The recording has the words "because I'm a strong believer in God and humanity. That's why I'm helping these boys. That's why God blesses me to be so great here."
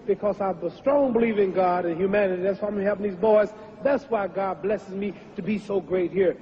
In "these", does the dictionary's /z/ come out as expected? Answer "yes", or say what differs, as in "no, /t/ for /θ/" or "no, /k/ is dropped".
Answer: yes